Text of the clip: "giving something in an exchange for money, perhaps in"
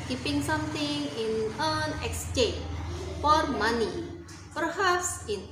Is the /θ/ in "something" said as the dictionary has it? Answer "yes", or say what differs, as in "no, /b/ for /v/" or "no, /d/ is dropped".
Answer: no, /t/ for /θ/